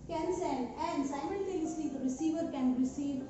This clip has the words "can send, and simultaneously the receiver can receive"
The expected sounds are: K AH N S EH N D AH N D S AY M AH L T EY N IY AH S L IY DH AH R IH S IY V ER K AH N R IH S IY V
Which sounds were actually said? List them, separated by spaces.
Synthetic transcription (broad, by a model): K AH N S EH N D AH N D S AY M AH N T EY L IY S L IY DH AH R IH S IY V ER K AH N R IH S IY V